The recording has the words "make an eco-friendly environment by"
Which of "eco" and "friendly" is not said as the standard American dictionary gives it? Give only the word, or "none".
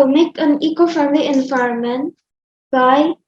friendly